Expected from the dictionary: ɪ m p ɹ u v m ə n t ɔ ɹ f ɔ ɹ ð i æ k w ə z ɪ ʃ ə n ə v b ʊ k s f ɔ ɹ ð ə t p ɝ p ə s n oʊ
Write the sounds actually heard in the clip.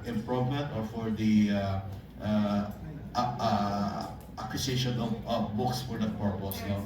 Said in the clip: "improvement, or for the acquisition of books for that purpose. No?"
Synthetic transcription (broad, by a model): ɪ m p ɹ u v m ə n t ɔ ɹ f ɔ ɹ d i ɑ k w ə s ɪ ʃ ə n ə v b ʊ k s f ɔ ɹ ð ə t p ɝ p ə s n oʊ